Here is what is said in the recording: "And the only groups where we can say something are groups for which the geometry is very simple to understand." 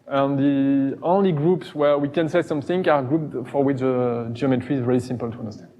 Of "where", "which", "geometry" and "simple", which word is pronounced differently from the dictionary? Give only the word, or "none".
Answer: none